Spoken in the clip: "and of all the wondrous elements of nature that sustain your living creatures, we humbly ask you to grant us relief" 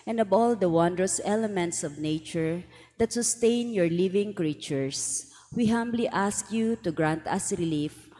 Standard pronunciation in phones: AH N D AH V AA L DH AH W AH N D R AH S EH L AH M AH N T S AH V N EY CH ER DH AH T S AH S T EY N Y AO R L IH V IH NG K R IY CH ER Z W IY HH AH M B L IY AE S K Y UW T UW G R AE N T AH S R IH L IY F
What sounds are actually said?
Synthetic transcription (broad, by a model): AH N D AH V AA L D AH W AH N D R AH S EH L AH M AH N T S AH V N EY CH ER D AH T S AH S T EY N Y AO R L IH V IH NG K R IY CH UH S W IY HH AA M B L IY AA S K Y UW T UW G R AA N T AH S R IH L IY F